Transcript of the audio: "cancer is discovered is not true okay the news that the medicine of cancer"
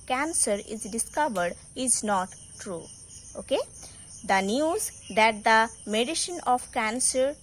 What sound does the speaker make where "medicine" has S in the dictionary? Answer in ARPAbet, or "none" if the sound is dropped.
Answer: SH